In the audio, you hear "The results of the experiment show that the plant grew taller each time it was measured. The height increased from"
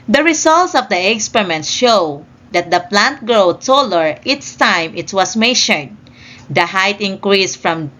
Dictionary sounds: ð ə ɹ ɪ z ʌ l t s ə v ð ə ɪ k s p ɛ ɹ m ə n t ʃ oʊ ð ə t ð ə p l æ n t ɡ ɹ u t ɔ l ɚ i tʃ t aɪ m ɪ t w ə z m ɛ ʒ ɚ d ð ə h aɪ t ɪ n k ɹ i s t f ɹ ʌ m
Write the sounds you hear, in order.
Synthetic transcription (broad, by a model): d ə ɹ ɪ s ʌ l t s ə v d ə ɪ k s p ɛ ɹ m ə n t ʃ oʊ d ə t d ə p l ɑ n t ɡ ɹ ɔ t ɔ l ɚ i s t aɪ m ɪ t w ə s m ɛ ʃ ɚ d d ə h aɪ t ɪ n k ɹ i s f ɹ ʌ m